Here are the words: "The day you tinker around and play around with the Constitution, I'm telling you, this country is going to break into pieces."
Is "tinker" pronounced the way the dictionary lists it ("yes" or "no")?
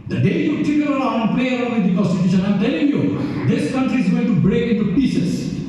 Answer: no